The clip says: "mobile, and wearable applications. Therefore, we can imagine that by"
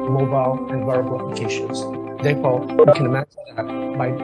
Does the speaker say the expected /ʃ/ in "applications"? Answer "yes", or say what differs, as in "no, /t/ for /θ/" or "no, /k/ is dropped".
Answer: yes